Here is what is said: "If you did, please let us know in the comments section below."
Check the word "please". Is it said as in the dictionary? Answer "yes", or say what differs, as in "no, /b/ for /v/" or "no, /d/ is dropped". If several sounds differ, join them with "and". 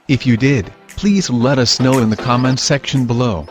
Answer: yes